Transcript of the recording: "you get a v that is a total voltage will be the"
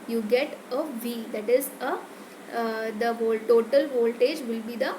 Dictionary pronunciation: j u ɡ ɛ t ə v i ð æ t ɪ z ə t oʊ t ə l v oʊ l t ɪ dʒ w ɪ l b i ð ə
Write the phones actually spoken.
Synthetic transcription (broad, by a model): j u ɡ ɛ t ə v i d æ t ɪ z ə t oʊ t ə l v oʊ l t ɪ dʒ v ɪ l b i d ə